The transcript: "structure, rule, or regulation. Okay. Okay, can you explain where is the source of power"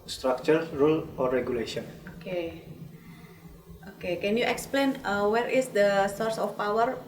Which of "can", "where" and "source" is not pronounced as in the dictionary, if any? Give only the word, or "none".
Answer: none